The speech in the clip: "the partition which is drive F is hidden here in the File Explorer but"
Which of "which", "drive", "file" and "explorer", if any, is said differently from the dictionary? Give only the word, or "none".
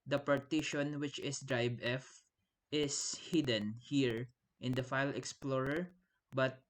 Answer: drive